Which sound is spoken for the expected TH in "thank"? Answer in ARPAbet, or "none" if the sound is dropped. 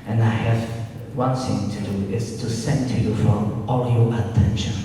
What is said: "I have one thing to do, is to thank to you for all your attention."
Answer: S